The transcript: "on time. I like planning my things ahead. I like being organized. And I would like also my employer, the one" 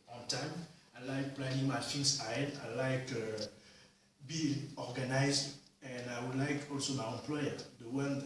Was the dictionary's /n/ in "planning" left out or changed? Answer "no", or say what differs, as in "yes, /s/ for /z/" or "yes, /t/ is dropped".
yes, /n/ is dropped